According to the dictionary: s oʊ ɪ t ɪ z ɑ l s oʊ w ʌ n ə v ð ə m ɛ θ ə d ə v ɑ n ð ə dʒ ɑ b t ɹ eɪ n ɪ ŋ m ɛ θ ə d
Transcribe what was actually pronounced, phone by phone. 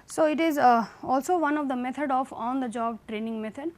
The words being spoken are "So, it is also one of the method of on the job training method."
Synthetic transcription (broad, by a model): s oʊ ɪ t ɪ z ɑ l s oʊ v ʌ n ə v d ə m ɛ t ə d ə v ɑ n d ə dʒ ɑ b t ɹ eɪ n ɪ ŋ m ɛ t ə d